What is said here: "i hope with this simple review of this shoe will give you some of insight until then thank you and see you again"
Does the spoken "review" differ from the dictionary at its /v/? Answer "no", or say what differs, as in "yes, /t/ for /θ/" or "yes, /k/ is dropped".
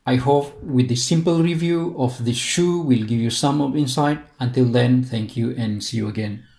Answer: no